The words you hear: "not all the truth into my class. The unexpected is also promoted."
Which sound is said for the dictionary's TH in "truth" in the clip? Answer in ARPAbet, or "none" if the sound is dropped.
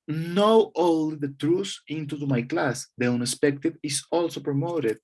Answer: S